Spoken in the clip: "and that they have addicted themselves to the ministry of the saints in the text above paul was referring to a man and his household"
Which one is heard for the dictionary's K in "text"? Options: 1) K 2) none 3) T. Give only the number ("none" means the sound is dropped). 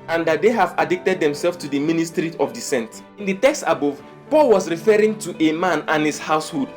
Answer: 1